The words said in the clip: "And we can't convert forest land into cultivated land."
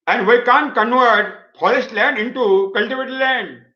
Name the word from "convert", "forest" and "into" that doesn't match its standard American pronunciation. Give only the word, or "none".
forest